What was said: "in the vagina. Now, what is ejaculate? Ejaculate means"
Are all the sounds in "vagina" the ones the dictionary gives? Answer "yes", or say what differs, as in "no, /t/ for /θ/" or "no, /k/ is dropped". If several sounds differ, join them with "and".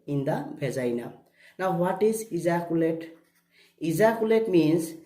no, /b/ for /v/